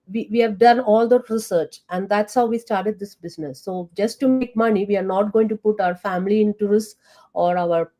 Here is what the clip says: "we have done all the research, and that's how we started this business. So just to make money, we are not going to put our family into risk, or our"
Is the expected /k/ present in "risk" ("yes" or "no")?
no